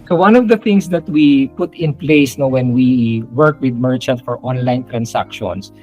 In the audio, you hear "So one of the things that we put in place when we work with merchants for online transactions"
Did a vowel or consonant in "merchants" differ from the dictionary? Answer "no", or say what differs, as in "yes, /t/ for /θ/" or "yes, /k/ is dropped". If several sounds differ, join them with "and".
yes, /s/ is dropped